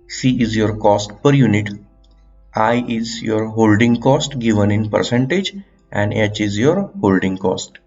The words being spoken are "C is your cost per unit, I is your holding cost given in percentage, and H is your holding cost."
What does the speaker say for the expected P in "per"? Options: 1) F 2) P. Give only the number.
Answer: 2